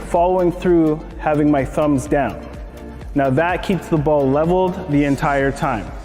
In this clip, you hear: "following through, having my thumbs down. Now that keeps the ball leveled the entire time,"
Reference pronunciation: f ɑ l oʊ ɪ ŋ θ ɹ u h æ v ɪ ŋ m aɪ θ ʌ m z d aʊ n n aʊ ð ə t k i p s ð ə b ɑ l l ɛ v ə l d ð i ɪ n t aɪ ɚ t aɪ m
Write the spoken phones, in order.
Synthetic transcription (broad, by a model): f ɑ l oʊ ɪ ŋ θ ɹ u h æ v ɪ ŋ m aɪ θ ʌ m z d aʊ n n aʊ ð ə t k i p s ð ə b ɑ l l ɛ v l d ð i ɪ n t aɪ ɚ t aɪ m